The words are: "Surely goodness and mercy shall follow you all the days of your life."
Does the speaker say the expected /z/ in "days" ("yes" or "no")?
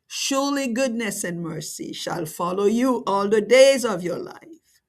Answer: yes